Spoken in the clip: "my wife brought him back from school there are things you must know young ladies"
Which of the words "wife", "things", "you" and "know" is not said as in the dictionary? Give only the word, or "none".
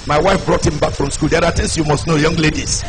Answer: things